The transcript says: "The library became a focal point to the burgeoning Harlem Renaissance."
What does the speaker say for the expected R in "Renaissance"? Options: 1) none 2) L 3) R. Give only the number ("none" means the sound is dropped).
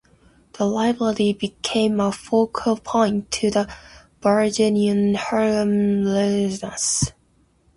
2